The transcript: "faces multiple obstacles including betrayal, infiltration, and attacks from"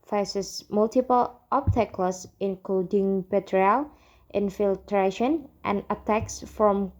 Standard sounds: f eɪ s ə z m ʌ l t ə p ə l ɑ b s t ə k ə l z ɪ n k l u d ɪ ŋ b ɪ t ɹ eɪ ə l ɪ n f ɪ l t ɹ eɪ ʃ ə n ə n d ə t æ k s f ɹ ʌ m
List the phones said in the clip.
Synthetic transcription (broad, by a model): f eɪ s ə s m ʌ l t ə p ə l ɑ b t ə k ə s ɪ n k l u d ɪ ŋ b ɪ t ɹ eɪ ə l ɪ n f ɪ l t ɹ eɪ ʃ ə n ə n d ə t æ k s f ɹ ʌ m